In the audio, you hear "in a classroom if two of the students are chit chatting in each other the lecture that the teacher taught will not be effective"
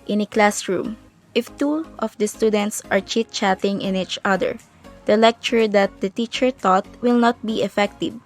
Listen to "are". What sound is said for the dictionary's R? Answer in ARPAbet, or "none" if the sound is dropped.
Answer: R